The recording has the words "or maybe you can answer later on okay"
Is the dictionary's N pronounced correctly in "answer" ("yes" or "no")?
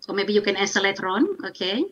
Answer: no